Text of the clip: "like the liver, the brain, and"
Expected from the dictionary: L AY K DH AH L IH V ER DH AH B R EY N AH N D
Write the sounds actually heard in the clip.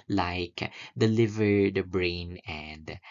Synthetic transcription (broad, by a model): L AY K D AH L IH V ER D B R EY N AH N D